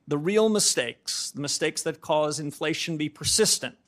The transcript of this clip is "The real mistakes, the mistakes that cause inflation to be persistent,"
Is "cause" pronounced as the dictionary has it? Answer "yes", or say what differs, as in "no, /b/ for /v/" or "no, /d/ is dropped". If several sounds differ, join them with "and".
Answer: yes